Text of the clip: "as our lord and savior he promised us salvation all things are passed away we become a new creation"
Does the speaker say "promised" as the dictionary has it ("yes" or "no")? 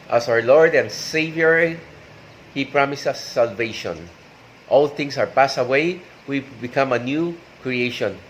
no